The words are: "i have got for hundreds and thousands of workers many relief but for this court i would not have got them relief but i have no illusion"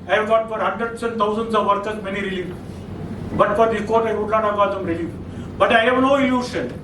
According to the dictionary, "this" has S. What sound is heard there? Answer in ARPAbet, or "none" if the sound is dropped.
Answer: none